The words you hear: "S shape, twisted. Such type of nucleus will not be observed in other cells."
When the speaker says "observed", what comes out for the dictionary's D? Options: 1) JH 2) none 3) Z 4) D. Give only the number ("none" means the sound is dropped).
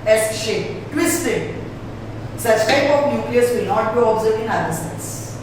2